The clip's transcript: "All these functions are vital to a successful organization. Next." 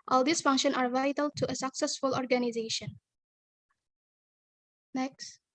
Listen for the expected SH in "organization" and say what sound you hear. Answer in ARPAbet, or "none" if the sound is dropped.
SH